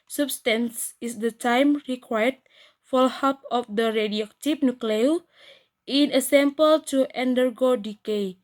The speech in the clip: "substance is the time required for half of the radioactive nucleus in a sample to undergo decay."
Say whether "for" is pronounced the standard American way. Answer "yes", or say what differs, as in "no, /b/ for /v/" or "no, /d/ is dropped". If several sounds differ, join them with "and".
no, /l/ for /ɹ/